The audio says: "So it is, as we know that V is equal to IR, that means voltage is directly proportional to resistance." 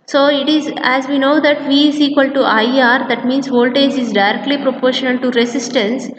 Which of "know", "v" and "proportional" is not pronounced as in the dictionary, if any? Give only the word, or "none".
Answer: none